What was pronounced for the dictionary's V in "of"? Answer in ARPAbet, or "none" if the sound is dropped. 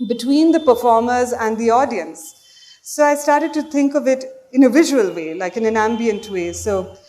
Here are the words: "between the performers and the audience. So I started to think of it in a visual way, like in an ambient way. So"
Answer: V